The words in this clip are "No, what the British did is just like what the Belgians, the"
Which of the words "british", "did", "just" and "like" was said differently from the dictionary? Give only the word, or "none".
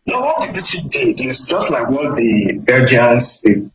british